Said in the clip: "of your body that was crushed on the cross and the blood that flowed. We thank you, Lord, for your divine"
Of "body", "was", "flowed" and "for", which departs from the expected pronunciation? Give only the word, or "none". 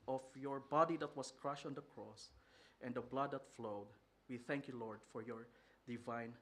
was